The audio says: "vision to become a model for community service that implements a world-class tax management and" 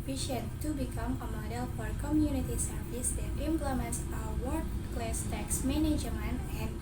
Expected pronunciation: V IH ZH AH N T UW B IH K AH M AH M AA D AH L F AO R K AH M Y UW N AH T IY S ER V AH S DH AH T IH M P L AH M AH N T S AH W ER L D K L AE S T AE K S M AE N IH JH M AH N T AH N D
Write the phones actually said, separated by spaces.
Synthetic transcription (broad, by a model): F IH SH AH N T UW B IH K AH M AH M AA D AH L F AO R K AH M Y UW N AH T IY S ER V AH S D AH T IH M P L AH M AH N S AH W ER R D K L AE S T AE K S M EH N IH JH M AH N AH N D